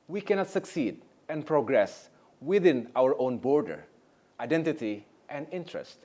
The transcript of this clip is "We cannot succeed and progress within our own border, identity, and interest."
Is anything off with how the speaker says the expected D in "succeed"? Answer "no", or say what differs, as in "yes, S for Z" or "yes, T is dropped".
no